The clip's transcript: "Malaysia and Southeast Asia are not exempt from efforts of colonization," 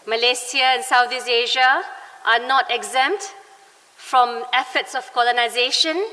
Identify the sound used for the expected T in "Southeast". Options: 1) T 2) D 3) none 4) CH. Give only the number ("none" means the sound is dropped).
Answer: 3